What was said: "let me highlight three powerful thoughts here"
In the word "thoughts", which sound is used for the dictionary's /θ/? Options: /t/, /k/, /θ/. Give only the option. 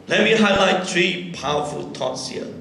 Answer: /t/